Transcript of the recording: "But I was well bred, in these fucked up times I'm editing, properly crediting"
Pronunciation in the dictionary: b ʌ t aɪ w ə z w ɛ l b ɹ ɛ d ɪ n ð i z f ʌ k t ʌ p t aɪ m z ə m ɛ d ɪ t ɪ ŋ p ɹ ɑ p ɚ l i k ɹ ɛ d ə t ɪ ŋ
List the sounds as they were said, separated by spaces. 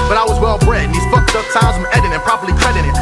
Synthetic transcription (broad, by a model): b ʌ t aɪ w ə z w ɛ l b ɹ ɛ ɪ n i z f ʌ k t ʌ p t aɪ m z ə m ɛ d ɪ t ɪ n p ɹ ɑ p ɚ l i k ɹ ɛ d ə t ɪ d